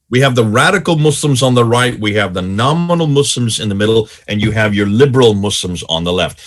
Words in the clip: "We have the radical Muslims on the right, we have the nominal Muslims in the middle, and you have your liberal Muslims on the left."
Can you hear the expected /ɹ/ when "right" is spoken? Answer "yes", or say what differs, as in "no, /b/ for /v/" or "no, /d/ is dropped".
yes